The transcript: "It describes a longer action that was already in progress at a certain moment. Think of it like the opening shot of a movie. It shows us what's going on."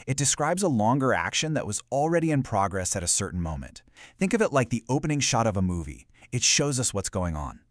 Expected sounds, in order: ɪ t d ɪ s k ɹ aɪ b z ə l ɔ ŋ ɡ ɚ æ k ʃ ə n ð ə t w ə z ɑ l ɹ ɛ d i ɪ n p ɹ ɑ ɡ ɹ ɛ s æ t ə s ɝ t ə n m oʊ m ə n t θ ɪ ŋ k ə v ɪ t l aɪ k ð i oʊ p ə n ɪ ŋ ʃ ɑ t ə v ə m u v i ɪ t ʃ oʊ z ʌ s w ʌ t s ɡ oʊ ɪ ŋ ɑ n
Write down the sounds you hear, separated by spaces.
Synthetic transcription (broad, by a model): ɪ t d ɪ s k ɹ aɪ b z ə l ɔ ŋ ɡ ɚ æ k ʃ ə n ð ə t w ə z l ɹ ɛ d i ɪ n p ɹ ɑ ɡ ɹ ɛ s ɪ t ə s ɝ t n m oʊ m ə n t θ ɪ ŋ k ə v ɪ t l aɪ k ð i oʊ p ə n ɪ ŋ ʃ ɑ t ə v ə m u v i ɪ t ʃ oʊ z ʌ s w ʌ t s ɡ oʊ ɪ ŋ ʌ n